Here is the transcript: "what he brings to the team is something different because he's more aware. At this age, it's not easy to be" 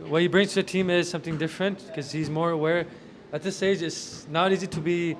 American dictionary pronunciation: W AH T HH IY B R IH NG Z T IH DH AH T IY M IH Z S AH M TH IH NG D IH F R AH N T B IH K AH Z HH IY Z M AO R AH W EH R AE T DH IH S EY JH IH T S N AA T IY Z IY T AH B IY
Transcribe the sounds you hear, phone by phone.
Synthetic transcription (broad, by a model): W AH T HH IY B R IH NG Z T IH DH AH T IY M IH Z S AH M TH IH NG D IH F R AH N T K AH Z HH IY Z M AO R AH W EH R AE T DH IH S EY JH IH T S N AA T IY Z IY T AH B IY